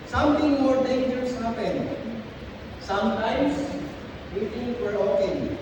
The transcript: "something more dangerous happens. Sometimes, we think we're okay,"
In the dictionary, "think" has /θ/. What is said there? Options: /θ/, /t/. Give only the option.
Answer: /t/